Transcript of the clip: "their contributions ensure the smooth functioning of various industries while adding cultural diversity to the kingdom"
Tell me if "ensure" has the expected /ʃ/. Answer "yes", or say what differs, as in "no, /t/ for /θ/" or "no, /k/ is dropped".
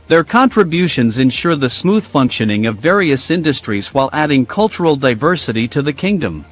yes